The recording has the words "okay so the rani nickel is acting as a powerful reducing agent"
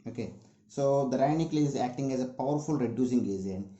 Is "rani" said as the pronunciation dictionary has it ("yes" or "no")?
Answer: no